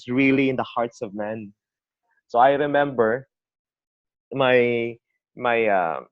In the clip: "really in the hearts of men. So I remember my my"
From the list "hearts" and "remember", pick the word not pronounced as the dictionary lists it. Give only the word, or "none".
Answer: none